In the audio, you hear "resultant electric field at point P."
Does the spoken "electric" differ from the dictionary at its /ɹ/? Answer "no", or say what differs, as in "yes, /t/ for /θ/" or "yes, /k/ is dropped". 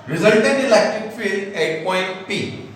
yes, /ɹ/ is dropped